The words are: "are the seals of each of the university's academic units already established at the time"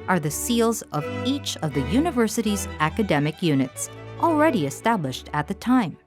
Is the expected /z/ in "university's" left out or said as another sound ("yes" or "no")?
no